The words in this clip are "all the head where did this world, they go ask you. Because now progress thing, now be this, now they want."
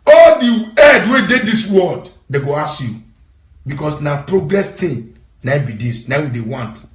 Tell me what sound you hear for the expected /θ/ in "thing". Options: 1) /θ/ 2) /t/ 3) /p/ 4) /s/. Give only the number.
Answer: 2